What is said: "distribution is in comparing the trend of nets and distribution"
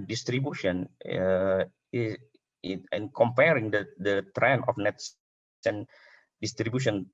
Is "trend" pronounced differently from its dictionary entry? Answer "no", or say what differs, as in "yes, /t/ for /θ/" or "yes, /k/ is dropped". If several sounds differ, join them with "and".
yes, /d/ is dropped